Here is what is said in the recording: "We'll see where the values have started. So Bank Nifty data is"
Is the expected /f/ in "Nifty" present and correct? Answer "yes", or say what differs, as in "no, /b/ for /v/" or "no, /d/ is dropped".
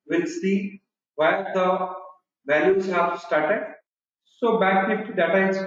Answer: no, /f/ is dropped